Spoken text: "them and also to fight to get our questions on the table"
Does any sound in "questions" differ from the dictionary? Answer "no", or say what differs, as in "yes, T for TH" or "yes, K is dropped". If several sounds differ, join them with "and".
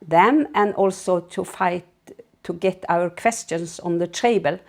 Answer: yes, S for Z